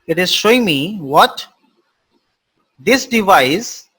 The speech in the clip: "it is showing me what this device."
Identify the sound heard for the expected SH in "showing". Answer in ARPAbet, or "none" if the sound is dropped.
SH